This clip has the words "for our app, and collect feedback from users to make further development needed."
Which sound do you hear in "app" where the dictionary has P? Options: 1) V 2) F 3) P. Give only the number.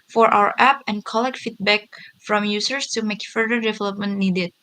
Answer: 3